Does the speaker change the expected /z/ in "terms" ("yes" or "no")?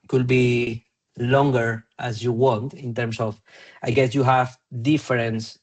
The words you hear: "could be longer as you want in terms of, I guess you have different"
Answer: yes